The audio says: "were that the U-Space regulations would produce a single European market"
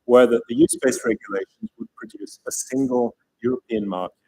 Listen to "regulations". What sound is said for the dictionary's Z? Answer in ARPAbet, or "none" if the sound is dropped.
Z